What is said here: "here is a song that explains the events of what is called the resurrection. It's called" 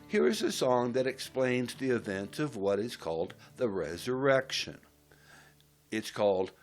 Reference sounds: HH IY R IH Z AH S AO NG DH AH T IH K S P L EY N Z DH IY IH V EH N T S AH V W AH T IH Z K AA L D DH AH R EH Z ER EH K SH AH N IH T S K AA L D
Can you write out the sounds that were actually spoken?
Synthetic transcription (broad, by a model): HH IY R IH Z AH S AO NG DH AH T IH K S P L EY N Z DH IY IH V EH N T S AH V W AH T IH Z K AA L D DH AH R EH Z ER EH K SH AH N IH T S K AA L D